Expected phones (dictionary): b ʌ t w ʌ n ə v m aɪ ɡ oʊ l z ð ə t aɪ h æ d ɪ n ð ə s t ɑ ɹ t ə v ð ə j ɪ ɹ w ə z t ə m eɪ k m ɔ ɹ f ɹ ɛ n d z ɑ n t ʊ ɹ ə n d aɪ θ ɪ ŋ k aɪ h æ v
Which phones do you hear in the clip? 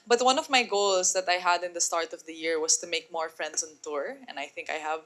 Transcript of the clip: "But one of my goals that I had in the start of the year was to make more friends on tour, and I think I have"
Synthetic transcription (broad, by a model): b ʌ t w ʌ n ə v m aɪ ɡ oʊ l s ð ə t aɪ h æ d ɪ n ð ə s t ɑ ɹ t ə v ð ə j ɪ ɹ w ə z t ə m eɪ k m ɔ ɹ f ɹ ɛ n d s ɑ n t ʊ ɹ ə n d aɪ θ ɪ ŋ k aɪ h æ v